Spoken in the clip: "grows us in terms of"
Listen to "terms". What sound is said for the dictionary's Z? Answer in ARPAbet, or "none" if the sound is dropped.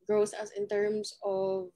S